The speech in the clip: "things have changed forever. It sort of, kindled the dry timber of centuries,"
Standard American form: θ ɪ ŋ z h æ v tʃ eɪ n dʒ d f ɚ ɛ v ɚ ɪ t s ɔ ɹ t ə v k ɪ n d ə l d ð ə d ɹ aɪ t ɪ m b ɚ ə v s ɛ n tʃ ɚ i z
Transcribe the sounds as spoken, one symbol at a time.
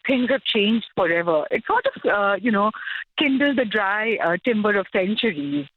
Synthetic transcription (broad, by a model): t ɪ ŋ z h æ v tʃ eɪ n dʒ d f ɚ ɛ v ɚ ɪ t s ɔ ɹ t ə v k ɪ n d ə l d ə d ɹ aɪ t ɪ m b ɚ ə v s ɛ n tʃ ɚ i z